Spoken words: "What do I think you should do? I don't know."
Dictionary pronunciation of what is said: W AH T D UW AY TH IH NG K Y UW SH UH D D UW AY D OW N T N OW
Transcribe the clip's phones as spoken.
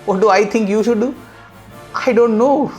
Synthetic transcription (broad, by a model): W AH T D UW AY T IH NG K Y UW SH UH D D UW AY D OW N T N OW